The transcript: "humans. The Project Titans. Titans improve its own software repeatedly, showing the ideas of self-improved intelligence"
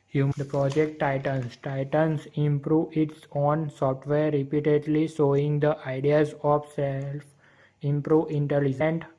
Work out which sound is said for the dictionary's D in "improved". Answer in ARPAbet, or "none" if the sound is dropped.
none